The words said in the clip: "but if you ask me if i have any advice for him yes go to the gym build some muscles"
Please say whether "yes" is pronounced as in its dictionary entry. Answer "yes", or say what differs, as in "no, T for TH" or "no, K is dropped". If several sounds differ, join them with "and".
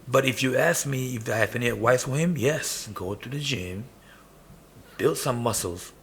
yes